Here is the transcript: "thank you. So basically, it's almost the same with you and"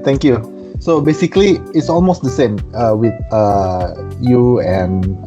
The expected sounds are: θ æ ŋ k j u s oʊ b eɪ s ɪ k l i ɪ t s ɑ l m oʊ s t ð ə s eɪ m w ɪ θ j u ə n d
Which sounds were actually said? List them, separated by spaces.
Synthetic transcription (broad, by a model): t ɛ ŋ k j u s oʊ b eɪ s ɪ k l i ɪ t s ɑ l m oʊ s t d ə s eɪ m w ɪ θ j u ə n